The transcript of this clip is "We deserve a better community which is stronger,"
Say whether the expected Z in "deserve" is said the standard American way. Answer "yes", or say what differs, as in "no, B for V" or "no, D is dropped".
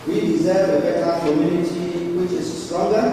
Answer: yes